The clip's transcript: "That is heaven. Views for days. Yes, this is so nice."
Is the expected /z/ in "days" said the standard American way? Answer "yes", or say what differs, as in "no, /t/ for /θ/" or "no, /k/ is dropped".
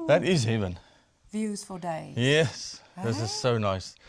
no, /z/ is dropped